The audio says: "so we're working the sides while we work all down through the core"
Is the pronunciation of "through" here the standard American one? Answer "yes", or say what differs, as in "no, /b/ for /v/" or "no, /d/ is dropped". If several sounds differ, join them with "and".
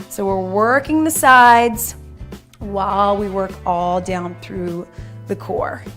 yes